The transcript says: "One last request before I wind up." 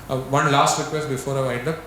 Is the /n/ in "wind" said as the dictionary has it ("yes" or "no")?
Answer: no